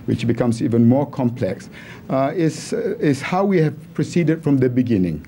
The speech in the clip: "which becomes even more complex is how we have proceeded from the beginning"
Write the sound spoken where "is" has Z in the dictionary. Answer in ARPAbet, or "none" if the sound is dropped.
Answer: S